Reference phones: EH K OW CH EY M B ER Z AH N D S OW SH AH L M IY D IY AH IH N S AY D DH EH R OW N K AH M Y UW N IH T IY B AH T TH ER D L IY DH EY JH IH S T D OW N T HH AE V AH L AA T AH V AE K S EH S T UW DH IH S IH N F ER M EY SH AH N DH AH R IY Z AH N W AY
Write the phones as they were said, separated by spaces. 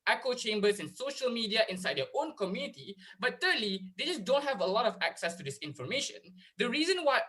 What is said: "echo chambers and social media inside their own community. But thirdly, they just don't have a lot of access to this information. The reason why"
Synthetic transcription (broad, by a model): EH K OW CH EY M B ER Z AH N S OW SH AH L M IY D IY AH IH N S AY D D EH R OW N K AH M Y UW N IH T IY B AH T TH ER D L IY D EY JH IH S D OW N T HH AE V AH L AA T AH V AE K S EH S T UW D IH S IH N F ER M EY SH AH N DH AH R IY Z AH N W AY